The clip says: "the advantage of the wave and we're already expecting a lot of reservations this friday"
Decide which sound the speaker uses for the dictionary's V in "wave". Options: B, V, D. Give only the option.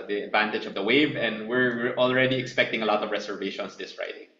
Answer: V